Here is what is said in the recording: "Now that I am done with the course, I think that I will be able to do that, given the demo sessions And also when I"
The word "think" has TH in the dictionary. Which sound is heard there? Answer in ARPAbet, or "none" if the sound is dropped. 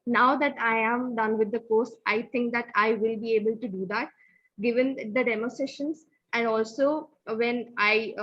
T